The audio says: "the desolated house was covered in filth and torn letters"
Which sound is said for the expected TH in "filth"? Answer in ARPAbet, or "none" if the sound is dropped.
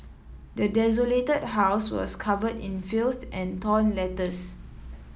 S